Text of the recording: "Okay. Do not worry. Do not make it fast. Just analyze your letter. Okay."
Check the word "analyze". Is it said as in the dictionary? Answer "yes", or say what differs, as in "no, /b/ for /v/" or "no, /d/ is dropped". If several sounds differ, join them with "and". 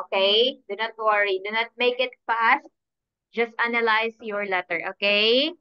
no, /s/ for /z/